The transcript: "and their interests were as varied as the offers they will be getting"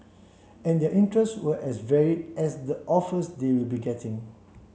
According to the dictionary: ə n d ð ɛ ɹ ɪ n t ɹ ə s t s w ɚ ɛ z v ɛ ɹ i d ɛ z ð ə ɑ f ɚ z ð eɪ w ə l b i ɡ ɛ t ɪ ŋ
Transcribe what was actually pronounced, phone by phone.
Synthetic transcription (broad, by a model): ə n d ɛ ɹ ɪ n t ɹ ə s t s w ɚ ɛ s v ɛ ɹ i d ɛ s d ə ɑ f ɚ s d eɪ w ə l b i ɡ ɛ t ɪ ŋ